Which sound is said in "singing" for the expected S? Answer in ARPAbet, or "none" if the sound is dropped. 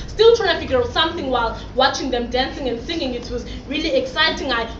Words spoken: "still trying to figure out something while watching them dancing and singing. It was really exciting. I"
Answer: S